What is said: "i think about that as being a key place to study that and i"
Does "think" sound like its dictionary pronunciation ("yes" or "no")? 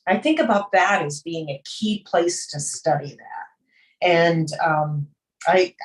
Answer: yes